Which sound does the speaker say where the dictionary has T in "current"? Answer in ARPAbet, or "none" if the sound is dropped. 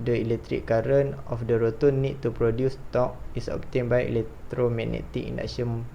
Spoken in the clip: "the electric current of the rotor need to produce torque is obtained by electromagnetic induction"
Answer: none